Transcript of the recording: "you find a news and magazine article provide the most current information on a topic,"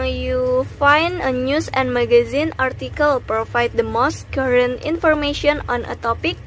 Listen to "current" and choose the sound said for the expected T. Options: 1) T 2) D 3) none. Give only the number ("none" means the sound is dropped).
1